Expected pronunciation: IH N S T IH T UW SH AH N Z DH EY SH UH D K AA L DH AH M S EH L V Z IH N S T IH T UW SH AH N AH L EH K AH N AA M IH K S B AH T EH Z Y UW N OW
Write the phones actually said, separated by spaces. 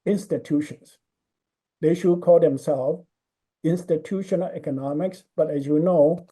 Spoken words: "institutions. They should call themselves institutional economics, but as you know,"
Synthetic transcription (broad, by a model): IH N S T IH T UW SH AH N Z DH EY SH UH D K AA L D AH M S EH L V IH N S T IH T UW SH AH N AH L EH K AH N AA M IH K S B AH T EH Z Y UW N OW